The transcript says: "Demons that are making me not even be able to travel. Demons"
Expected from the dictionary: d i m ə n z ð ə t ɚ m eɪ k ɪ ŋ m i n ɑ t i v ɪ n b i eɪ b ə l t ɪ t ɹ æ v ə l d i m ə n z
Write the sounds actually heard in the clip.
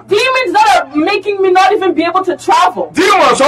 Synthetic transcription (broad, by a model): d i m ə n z ð ə t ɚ m eɪ k ɪ ŋ m i n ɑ t i v ɪ n b i eɪ b l t ɪ t ɹ æ v ə l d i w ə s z